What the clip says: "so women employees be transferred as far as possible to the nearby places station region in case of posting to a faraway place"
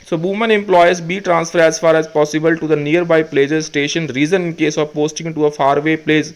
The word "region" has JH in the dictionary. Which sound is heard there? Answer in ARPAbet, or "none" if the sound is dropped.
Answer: Z